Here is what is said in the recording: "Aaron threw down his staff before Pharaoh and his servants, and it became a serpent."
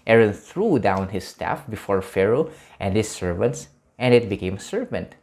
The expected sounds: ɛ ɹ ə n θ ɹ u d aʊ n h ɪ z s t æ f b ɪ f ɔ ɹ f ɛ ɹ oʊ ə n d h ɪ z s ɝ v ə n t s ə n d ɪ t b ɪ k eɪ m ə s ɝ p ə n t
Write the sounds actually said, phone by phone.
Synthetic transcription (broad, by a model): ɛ ɹ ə n θ ɹ u d aʊ n h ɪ s t æ f b ɪ f ɔ ɹ f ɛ ɹ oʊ ə n d h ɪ s ɝ v ə n t s ə n d ɪ t b ɪ k eɪ m ə s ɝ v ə n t